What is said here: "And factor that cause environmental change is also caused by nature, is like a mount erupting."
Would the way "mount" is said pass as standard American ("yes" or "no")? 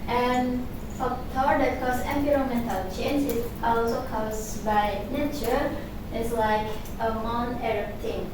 no